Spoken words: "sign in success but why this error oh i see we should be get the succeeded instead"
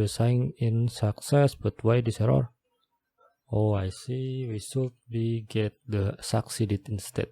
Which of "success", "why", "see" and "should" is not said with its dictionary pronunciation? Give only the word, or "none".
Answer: should